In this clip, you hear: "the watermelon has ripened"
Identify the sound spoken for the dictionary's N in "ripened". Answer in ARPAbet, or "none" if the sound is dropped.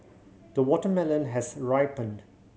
N